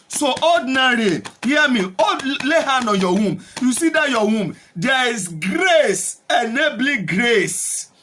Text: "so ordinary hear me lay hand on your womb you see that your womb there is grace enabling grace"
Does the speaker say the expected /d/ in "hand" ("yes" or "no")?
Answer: no